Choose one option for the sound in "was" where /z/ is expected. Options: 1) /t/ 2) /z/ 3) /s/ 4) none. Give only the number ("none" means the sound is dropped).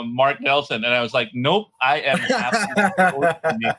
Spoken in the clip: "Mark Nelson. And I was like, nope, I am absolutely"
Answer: 2